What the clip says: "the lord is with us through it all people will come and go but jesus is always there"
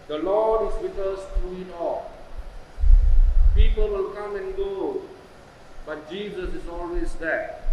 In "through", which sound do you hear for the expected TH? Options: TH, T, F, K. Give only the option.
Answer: T